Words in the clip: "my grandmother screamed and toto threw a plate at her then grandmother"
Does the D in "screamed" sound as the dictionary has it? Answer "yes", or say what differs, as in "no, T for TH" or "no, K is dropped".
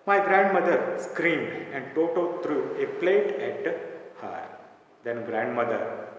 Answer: yes